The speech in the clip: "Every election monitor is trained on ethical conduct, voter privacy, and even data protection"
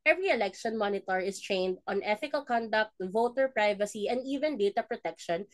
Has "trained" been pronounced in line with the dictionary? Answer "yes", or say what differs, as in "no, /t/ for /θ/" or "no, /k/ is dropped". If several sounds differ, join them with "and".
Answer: yes